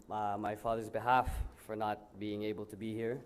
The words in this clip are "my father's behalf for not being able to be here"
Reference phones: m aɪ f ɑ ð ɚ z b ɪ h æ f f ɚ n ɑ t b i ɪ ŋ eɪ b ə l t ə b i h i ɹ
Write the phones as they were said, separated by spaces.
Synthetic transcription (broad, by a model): m aɪ f ɑ ð ɚ z b ɪ h æ f f ɚ n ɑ t b i ɪ ŋ eɪ b ə l t ə b i h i ɹ